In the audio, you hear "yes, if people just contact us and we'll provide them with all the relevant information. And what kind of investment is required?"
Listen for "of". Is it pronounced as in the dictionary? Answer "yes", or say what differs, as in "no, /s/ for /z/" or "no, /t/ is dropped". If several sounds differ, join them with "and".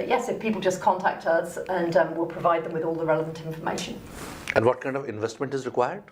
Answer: yes